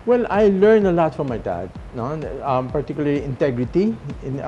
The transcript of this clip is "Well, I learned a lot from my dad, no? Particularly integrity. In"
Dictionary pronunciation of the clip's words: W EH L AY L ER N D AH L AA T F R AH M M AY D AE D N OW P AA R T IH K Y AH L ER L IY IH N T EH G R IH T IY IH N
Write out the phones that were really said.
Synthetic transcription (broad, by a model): W EH L AY L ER N AH L AA T F R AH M M AY D AE D N OW P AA R T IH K Y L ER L IY IH N T EH G R IH T IY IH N